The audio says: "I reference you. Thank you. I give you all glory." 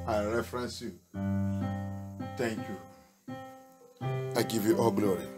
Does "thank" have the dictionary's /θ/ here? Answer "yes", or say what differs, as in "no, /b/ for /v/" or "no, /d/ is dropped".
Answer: no, /t/ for /θ/